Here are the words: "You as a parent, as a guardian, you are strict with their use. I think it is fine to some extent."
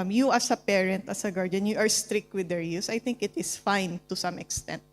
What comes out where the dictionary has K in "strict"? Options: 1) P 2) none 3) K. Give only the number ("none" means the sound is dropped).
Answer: 3